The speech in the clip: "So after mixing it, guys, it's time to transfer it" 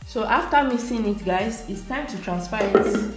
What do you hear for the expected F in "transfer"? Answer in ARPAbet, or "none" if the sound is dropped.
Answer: P